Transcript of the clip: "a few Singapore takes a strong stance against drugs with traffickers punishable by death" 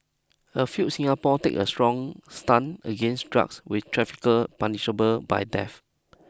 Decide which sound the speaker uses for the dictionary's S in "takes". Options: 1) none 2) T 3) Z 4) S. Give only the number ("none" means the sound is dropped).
1